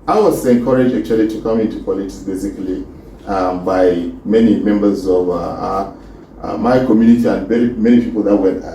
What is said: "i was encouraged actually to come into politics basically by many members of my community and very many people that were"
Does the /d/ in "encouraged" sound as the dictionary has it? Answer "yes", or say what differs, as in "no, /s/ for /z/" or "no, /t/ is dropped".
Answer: no, /d/ is dropped